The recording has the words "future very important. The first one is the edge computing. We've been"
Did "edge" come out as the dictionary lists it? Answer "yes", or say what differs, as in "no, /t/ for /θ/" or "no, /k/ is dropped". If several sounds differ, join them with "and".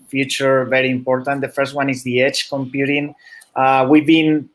no, /tʃ/ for /dʒ/